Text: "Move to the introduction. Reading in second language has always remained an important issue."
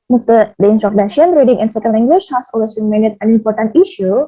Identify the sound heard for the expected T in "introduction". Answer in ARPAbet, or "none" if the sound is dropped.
S